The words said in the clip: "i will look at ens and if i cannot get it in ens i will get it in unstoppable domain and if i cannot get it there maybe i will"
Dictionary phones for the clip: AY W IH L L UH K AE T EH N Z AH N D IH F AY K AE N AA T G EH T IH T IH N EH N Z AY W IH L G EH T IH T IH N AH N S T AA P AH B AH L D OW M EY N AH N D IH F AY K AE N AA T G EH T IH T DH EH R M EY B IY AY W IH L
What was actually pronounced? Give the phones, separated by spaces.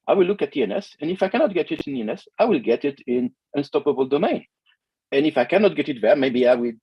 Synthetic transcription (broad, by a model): AY W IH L L UH K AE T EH N S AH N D IH F AY K AE N AA T G EH T IH T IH N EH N S AY W IH L G EH T IH T IH N AH N S T AA P AH B AH L D OW M EY N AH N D IH F AY K AE N AA T G EH T IH T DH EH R M EY B IY AY W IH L